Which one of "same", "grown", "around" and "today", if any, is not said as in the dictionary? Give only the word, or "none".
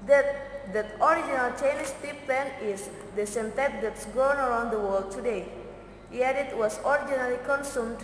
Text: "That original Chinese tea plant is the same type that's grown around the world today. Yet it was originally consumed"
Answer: grown